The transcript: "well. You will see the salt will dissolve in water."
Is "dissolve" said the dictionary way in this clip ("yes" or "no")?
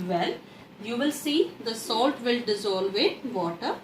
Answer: yes